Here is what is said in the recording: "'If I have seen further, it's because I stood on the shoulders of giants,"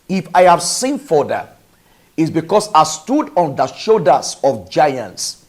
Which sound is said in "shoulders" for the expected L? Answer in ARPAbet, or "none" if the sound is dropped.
none